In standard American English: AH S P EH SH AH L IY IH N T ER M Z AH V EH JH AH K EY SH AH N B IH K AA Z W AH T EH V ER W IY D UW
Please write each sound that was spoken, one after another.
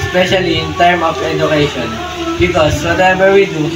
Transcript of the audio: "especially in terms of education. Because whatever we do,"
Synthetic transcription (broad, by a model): S P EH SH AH L IY IH N T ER M AH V EH JH AH K EY SH AH N B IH K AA S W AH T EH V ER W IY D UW